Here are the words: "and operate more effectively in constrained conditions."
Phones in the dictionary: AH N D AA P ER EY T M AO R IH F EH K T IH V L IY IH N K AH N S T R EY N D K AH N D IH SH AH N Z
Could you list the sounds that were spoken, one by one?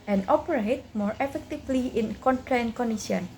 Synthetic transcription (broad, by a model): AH N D AA P ER EY T M AO R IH F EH K T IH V L IY IH N K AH N T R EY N K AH N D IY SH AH N